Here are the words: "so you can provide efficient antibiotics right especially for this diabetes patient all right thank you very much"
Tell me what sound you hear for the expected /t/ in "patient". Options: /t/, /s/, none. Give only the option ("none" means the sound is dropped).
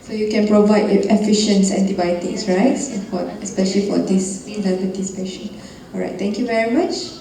none